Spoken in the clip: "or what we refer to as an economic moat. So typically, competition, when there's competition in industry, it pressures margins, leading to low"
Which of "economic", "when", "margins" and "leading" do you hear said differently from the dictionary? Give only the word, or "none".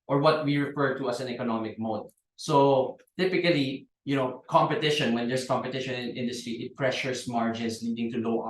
margins